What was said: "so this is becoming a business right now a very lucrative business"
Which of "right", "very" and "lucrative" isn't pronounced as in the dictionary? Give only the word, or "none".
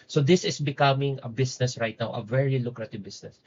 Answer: none